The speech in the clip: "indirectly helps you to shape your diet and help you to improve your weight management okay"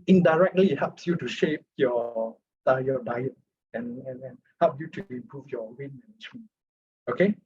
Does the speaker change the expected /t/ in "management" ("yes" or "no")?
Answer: yes